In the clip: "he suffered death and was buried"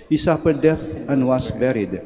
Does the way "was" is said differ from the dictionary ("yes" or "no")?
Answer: yes